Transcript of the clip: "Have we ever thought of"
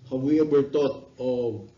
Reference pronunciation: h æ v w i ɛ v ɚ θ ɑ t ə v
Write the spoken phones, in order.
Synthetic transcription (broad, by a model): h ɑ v w i ɛ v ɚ t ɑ t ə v